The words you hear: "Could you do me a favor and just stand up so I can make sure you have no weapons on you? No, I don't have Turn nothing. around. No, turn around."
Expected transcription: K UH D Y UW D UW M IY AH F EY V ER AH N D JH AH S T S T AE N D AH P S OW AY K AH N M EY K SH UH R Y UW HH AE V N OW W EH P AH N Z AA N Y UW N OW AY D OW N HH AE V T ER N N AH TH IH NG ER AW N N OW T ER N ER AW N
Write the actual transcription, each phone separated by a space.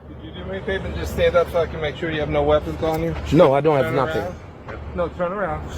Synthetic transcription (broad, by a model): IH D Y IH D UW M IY AH P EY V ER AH N JH AH S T S T AE N D AH P S OW AY K AH N M EY K SH UH R Y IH V N OW W EH P AH N Z N Y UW N OW AY D OW N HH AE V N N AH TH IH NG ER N N OW T ER N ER AW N